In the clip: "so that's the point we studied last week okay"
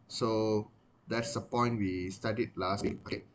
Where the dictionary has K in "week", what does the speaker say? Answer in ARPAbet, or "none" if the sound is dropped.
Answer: none